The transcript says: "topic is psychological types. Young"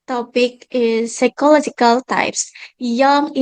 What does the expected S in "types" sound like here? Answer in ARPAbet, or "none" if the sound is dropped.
S